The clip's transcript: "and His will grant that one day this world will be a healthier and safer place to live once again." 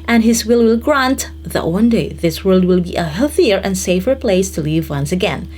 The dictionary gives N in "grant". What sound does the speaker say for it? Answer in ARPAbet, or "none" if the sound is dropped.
N